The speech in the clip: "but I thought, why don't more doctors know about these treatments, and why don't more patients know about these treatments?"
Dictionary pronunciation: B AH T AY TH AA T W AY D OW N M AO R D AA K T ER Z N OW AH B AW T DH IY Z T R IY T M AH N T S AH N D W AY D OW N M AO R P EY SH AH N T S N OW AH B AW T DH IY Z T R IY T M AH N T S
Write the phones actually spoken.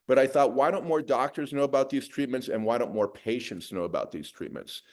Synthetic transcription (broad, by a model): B AH T AY TH AA T W AY D OW N M AO R D AA K T ER Z N OW AH B AW T DH IY Z T R IY T M AH N T S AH N W AY D OW N M AO R P EY SH AH N T S N OW AH B AW T DH IY Z T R IY T M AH N T S